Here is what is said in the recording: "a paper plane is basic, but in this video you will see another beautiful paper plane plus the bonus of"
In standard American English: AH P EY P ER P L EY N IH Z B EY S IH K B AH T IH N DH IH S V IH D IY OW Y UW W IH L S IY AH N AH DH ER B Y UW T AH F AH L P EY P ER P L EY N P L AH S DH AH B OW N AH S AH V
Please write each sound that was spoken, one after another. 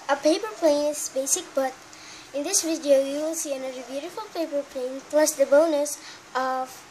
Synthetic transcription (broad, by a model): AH P EY P ER P L EY N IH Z B EY S IH K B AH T IH N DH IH S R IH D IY OW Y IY W IH L S IY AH N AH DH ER B Y UW T AH F AH L P EY P ER P L EY N P L AH S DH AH B OW N AH S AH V